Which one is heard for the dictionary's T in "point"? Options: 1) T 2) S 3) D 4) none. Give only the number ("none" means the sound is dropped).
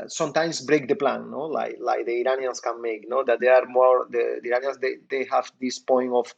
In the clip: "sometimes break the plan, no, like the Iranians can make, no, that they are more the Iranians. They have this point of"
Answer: 4